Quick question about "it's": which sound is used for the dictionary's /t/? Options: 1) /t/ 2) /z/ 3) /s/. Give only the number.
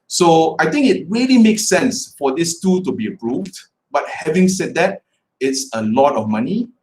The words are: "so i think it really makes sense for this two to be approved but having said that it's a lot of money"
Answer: 1